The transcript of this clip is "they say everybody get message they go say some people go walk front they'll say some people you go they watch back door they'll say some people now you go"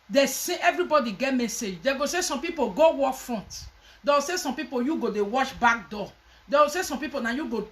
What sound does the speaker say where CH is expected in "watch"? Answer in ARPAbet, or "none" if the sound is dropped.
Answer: SH